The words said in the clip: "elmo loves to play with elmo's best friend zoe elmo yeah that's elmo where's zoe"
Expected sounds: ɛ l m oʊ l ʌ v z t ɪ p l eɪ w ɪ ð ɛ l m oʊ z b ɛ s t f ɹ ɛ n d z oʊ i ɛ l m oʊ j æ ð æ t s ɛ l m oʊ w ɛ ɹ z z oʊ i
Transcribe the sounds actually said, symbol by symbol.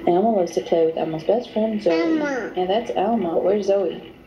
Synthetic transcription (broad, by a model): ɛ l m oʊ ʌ z t ɪ p l eɪ w ɪ ð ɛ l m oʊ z b ɛ s t f ɹ ɛ n d z oʊ i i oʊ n ð æ t s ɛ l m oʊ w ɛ ɹ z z oʊ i